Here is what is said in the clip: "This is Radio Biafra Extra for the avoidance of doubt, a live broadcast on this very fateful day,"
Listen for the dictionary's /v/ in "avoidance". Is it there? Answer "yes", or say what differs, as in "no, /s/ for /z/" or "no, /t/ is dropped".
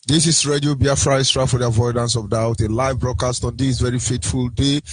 yes